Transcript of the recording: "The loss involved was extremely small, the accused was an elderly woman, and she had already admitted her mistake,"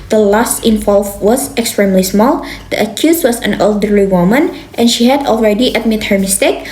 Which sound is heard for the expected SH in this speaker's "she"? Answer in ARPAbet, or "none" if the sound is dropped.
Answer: SH